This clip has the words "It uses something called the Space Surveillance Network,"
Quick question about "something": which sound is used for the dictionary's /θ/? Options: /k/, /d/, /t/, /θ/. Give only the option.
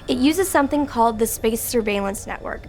/θ/